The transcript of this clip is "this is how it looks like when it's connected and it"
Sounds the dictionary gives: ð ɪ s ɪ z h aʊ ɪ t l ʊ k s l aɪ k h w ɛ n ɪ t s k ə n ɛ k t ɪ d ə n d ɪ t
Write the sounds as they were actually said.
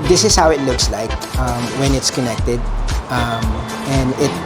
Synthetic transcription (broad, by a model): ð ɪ s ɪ s h aʊ ɪ t l ʊ k s l aɪ k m w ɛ n ɪ t s k ə n ɛ k t ɪ d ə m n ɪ t